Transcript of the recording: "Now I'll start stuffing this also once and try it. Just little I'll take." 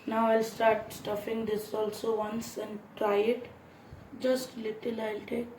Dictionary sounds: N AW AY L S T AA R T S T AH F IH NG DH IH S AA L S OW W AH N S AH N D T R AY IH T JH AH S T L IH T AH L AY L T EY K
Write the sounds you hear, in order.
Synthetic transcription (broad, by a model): N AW AY L S T AA R T S T AH F IH NG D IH S AA L S OW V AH N S AH N D T R AY IH T JH AH S T L IH T AH L AY L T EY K